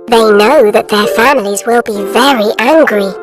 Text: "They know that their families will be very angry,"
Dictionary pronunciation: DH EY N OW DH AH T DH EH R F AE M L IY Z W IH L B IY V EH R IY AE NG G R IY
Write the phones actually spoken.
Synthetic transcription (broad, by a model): DH EY N OW DH AH T DH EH R F AE M L IY Z W IH L B IY V EH R IY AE NG G R IY